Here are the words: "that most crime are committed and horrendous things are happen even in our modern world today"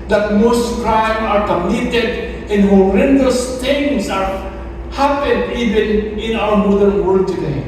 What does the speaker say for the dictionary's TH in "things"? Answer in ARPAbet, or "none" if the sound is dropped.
T